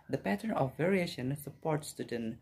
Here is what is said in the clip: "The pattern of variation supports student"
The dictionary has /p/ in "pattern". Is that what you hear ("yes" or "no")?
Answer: yes